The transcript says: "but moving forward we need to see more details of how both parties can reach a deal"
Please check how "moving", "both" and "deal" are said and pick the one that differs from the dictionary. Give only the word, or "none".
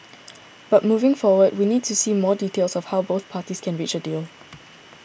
none